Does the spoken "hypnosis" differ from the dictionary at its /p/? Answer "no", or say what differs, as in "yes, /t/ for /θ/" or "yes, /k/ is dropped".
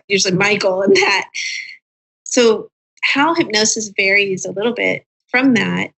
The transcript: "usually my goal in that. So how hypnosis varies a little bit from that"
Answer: no